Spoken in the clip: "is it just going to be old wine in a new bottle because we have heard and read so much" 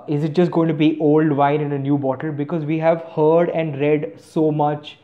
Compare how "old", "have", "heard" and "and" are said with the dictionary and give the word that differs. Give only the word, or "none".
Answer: none